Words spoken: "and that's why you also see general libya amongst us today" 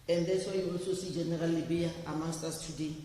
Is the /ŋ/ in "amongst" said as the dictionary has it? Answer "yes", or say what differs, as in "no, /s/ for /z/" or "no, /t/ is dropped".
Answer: no, /ŋ/ is dropped